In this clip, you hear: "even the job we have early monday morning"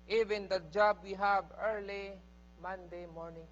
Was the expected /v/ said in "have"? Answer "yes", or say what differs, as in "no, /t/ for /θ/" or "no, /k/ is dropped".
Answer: no, /b/ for /v/